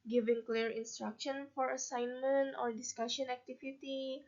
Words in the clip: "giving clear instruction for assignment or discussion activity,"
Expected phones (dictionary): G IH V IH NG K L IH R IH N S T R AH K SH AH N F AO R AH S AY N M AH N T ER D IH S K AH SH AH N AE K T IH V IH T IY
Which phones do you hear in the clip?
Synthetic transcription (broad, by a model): G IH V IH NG K L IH R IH N S T R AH K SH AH N F AO R AH S AY N M AH N T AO D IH S K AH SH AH N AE K T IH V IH T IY